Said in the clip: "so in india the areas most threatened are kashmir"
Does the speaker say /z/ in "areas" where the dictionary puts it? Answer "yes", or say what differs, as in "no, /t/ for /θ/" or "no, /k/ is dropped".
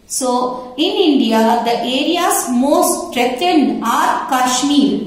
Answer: no, /s/ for /z/